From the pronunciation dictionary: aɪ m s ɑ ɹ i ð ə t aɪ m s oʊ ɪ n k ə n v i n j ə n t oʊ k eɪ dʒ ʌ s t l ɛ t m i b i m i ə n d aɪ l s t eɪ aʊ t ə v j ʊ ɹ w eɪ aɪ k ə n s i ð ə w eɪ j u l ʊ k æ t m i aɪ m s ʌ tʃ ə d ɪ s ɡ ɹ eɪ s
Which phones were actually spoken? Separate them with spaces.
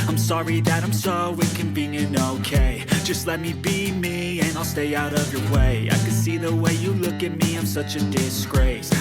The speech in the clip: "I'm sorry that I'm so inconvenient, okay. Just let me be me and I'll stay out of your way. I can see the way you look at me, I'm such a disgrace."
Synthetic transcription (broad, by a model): aɪ m s ɑ ɹ i ð ə t aɪ m s oʊ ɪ k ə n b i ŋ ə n oʊ k eɪ dʒ ʌ s t l ɛ t m i b i m i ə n aɪ l s t eɪ aʊ t ə v j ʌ ɹ w eɪ aɪ k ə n s i ð ə w eɪ j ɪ l ʊ k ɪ t m i aɪ m s ʌ tʃ ə d ɪ s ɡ ɹ eɪ s